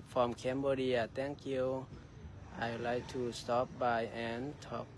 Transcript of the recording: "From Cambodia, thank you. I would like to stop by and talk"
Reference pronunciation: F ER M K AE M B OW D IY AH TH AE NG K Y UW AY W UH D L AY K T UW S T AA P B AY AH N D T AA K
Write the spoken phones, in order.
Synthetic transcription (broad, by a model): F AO M K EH M B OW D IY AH T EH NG K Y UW AY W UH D L AY K T UW S T AA P B AY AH N T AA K